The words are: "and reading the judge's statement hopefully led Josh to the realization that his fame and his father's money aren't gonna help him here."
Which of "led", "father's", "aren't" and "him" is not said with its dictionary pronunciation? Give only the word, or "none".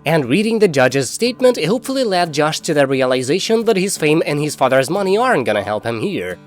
none